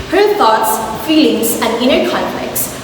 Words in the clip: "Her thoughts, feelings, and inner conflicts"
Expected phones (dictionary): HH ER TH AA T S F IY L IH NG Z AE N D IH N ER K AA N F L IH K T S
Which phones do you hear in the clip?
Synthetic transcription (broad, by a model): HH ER T AA T S F IY L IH NG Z AE N D IH N ER K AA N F L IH K T S